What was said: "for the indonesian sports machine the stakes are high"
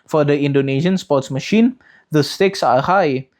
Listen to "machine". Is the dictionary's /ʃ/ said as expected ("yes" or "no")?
yes